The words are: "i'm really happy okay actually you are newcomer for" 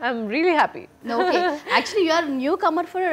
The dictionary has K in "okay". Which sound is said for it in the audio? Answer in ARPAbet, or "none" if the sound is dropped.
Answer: none